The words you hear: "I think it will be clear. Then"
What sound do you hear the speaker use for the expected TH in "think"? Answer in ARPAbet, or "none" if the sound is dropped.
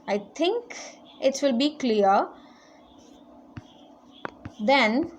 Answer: T